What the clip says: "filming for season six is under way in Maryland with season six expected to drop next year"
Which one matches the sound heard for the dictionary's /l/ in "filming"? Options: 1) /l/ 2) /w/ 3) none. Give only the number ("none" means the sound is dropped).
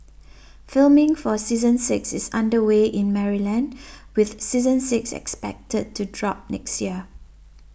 1